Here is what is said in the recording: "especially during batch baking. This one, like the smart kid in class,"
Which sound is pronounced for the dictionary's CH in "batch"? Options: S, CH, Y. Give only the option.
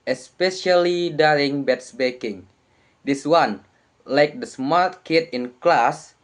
S